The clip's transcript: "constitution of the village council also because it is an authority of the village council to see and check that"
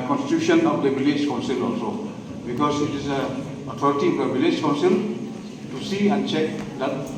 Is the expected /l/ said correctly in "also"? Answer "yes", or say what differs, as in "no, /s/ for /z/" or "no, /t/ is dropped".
yes